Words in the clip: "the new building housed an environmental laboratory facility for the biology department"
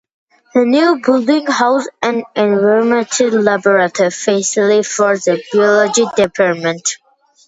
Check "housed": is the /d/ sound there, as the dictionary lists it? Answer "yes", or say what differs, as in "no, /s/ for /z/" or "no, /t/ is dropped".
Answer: no, /d/ is dropped